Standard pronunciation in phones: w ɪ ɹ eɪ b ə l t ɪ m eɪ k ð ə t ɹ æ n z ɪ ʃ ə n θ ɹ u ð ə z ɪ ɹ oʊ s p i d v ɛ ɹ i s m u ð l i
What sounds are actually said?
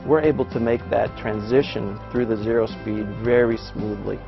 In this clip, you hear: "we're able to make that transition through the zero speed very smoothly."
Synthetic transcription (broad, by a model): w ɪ ɹ eɪ b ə l t ɪ m eɪ k ð ə t ɹ æ n z ɪ ʃ ə n θ ɹ u ð ə z ɪ ɹ oʊ s p i d v ɛ ɹ i s m u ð l i